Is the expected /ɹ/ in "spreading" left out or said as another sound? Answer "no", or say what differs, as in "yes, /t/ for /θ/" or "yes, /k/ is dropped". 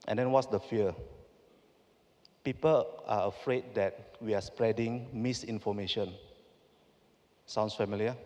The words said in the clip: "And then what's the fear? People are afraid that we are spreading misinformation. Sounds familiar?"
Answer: no